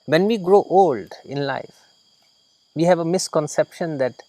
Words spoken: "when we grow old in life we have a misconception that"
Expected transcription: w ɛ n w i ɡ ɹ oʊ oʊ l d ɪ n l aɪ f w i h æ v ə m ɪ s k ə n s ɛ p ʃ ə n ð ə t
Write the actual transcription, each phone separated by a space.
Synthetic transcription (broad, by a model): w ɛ n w i ɡ ɹ oʊ oʊ l d ɪ n l aɪ f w i h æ v ə m ɪ s k ə n s ɛ p ʃ ə n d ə t